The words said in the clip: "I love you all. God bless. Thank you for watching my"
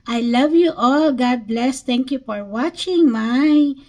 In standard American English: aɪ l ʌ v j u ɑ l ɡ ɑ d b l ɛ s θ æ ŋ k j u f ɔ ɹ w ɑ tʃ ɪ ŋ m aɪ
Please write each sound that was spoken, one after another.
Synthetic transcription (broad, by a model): aɪ l ʌ v j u ɑ l ɡ ɑ d b l ɛ s t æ ŋ k j u f ɔ ɹ w ɑ tʃ ɪ ŋ m aɪ